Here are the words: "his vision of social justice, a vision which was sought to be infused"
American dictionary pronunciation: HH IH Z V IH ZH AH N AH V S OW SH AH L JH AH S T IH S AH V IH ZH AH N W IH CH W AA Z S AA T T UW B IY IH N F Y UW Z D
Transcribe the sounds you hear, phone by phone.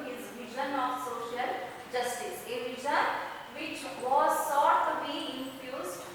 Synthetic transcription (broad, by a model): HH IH Z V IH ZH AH N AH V S OW SH AH L JH AH S T IH S AH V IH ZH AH N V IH CH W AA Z S AA T T UW B IY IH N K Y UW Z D